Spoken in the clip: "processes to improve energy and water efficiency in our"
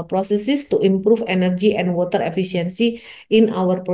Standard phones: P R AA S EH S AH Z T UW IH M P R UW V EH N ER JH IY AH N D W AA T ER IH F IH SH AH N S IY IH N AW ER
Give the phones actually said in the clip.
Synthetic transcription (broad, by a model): P R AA S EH S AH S T UW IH M P R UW F EH N ER JH IY AH N D W AA T ER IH F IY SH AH N S IY IH N AW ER